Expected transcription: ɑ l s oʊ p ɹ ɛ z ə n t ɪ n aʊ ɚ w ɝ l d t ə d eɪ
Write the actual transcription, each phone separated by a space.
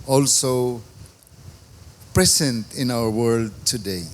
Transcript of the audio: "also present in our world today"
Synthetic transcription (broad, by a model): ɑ l s oʊ p ɹ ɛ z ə n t ɪ n aʊ ɚ w ɝ l d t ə d eɪ